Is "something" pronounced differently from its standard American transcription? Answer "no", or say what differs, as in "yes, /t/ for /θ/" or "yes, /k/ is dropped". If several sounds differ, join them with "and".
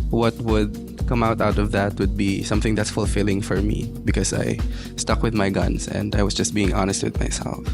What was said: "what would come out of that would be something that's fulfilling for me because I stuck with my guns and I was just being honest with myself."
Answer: no